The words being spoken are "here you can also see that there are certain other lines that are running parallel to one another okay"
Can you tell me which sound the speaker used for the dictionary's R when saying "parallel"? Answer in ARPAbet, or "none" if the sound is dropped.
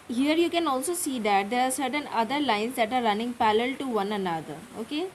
L